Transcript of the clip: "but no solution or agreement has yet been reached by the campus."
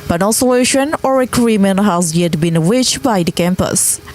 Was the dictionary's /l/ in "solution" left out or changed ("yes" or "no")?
yes